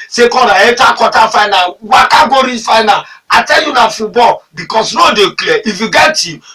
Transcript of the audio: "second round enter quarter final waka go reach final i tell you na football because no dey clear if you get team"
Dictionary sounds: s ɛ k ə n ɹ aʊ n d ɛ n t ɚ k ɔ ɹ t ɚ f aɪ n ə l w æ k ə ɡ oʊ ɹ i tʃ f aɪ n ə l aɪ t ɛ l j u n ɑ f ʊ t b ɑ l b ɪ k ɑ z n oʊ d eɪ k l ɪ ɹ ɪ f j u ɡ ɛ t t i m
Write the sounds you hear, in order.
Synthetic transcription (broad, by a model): s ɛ k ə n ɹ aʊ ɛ t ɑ k ɔ t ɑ f aɪ n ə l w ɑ k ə ɡ oʊ ɹ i f aɪ n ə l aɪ t ɛ l j u n ɑ f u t b ɑ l b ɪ k ɑ s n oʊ d eɪ k l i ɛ ɪ f j u ɡ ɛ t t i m